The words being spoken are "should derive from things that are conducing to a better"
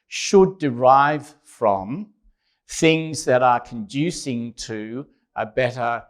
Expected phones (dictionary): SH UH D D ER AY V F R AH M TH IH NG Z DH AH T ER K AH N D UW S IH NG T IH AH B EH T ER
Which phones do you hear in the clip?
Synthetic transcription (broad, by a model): SH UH D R AY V F R AH M TH IH NG Z DH AH T ER K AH N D UW S IH NG T IH AH B EH T ER